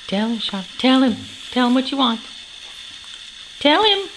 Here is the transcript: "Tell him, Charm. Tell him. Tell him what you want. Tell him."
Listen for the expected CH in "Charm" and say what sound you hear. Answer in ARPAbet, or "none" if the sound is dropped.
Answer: SH